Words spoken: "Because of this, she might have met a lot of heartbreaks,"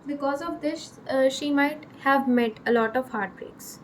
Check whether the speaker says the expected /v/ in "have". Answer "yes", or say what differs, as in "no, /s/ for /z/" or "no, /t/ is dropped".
yes